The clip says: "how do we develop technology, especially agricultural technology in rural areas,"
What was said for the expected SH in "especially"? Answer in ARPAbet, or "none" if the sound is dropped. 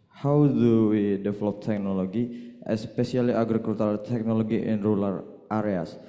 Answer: S